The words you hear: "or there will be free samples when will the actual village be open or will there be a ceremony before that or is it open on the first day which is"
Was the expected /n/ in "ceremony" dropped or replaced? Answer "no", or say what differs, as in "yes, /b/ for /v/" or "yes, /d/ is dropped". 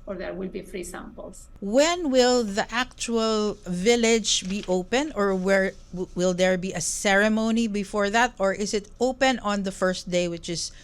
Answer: no